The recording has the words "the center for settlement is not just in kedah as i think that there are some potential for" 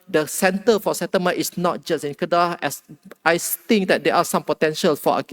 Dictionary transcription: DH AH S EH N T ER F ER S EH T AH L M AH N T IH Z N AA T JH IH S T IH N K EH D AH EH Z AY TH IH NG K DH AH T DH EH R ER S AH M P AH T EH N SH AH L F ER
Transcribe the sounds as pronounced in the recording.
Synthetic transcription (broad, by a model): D AH S EH N T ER F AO S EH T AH M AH T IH S N AA T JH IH S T IH N K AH D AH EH S AY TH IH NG K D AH T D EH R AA S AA M P AH T EH N SH AH L F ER